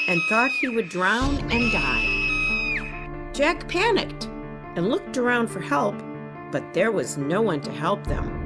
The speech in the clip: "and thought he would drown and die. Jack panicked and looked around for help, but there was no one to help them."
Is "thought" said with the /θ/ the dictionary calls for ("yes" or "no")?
yes